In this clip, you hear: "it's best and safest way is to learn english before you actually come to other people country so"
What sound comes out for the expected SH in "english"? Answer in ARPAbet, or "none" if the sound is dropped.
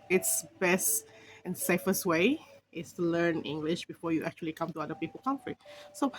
SH